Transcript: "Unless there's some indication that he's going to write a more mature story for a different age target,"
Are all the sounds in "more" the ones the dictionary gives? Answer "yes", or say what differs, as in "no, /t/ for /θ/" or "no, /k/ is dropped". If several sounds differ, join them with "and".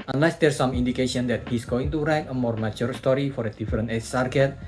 yes